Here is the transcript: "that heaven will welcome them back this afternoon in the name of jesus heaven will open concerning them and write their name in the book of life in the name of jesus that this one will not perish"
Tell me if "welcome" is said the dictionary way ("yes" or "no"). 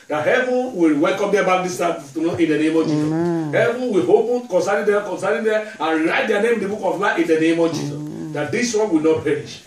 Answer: yes